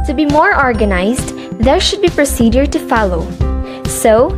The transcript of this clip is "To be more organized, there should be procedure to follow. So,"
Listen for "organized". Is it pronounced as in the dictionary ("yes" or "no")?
yes